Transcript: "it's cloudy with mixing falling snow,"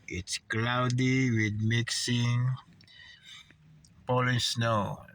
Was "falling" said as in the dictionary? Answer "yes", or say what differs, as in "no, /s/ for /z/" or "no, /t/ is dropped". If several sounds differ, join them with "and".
no, /p/ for /f/